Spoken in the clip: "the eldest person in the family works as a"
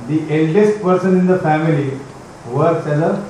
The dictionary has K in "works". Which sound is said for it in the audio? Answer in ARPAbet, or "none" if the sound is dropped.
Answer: none